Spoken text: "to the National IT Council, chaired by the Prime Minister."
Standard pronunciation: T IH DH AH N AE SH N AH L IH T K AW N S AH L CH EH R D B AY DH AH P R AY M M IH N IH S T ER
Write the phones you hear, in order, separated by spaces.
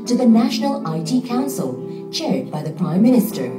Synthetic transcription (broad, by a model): T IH DH AH N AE SH N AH L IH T K AW N S AH L CH EH R D B AY DH AH P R AY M M IH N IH S T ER